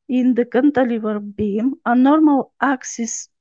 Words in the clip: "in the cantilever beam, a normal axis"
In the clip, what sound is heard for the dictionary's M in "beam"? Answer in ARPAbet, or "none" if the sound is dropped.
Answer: M